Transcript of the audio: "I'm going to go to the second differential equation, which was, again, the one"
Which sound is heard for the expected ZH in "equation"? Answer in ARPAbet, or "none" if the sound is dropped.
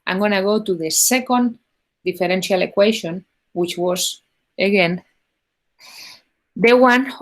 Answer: SH